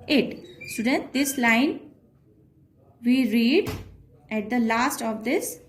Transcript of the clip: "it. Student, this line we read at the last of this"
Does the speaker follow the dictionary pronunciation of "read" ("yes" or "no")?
yes